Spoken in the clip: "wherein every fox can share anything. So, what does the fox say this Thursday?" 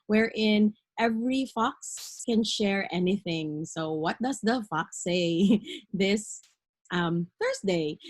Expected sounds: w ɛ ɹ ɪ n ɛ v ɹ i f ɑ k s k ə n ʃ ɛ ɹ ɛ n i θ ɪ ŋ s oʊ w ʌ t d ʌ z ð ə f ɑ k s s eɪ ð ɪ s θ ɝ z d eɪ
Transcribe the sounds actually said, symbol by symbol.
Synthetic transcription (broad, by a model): w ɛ ɹ ɪ n ɛ v ɹ i f ɑ k s k ə n ʃ ɛ ɹ ɛ n i θ ɪ ŋ s oʊ w ʌ t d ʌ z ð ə f ɑ k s s eɪ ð ɪ s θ ɝ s d eɪ